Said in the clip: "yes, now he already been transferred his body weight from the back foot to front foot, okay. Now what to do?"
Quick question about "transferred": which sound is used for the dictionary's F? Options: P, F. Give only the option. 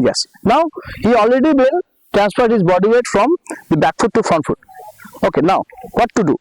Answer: P